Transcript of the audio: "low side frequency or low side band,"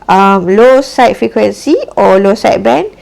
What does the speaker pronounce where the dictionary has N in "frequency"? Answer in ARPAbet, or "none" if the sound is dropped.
N